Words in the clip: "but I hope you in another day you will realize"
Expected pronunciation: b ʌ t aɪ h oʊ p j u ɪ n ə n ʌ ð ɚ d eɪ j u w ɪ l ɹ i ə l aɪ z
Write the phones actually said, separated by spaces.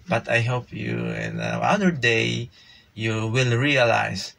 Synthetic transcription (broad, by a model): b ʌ t aɪ h oʊ p j u ɪ n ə ɑ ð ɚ d eɪ j u w ɪ l ɹ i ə l aɪ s